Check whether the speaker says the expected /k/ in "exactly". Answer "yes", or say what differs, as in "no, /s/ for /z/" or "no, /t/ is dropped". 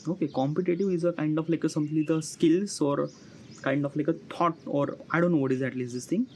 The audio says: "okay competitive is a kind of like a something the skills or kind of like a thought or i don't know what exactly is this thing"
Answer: no, /k/ is dropped